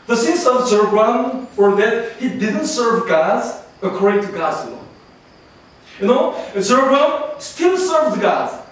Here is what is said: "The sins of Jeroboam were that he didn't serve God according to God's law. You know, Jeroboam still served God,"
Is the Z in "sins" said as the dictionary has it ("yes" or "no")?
no